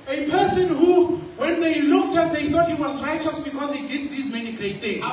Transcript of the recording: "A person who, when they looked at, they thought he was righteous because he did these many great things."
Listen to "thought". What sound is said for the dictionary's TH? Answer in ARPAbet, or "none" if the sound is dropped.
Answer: T